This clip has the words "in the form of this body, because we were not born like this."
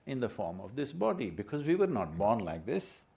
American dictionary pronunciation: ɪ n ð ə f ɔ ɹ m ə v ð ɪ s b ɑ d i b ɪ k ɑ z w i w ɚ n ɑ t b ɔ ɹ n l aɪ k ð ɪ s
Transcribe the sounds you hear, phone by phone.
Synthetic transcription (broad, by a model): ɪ n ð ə f ɔ ɹ m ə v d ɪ s b ɑ d i b ɪ k ɑ z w i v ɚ n ɑ t b ɔ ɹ n l aɪ k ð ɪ s